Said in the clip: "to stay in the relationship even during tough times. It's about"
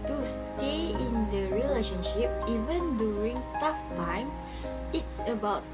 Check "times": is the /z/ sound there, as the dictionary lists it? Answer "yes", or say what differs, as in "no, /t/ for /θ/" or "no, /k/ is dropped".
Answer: no, /z/ is dropped